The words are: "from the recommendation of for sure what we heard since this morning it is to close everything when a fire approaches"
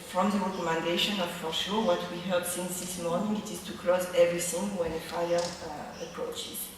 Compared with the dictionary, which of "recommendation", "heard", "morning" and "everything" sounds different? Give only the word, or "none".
everything